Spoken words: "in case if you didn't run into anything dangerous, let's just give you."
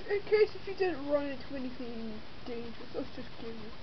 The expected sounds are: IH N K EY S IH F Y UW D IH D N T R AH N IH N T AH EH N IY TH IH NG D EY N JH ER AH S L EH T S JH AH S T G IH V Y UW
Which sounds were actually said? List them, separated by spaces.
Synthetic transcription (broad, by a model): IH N K EY S IH F Y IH D IH D N T R AH N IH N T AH EH N IY TH IH NG D EY N JH ER AH S L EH T S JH AH S G IH V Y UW